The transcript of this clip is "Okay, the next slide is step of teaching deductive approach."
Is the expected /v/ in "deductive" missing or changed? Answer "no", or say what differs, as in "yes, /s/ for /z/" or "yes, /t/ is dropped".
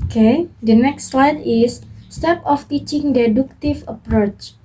yes, /f/ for /v/